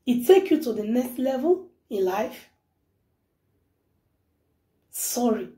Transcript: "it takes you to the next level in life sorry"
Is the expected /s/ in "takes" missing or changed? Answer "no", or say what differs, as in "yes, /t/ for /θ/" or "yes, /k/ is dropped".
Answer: yes, /s/ is dropped